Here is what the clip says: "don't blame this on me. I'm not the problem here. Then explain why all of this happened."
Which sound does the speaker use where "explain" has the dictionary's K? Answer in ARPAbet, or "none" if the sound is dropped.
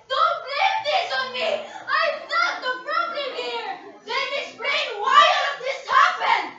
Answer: none